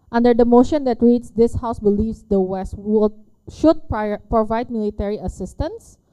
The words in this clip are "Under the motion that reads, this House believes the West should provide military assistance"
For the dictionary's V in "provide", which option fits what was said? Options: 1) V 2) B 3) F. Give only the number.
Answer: 1